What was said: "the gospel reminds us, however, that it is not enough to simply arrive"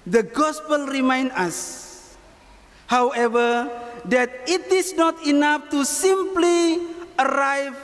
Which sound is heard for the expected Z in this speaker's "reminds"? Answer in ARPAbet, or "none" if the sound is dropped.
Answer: none